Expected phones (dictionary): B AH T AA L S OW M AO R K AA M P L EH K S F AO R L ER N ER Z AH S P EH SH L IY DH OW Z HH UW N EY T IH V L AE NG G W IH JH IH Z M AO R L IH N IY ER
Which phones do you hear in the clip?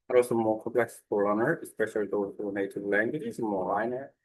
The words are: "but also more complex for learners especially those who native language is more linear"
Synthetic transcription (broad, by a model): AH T AA L S OW M AO R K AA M P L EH K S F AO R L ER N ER AH S P EH SH L IY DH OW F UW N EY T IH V L AE NG G W IH JH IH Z M AO R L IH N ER